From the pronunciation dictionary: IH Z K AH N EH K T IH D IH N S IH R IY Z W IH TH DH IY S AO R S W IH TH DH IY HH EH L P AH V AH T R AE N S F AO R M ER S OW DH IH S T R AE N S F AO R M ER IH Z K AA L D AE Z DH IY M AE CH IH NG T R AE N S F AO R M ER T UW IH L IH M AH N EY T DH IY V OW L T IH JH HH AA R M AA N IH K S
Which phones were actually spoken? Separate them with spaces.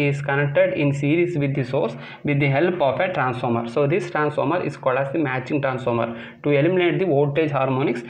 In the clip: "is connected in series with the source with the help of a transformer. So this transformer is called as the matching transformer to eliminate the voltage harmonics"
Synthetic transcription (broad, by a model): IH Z K AH N EH K T IH D IH N S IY R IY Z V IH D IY S AO R S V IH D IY HH EH L P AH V AH T R AE N S F AO R M ER S OW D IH S T R AE N S F AO R M ER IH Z K AA L D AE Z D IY M AE CH IH NG T R AE N S F AO R M ER T UW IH L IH M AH N EY T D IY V OW T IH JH HH AA R M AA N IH K S